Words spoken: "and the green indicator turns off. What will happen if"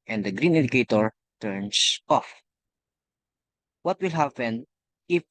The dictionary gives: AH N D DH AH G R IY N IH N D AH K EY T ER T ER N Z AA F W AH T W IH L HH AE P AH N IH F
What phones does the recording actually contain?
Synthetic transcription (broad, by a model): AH N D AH G R IY N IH D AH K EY T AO T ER N S AA F W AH T W IH L HH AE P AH N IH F